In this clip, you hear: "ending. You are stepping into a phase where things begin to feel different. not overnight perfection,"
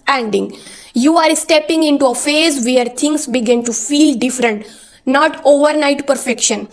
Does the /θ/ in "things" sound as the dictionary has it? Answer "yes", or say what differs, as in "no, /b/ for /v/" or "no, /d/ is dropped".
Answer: no, /t/ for /θ/